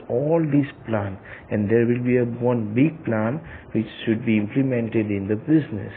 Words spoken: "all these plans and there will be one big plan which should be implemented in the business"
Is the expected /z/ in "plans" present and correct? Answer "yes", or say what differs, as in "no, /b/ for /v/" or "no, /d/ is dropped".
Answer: no, /z/ is dropped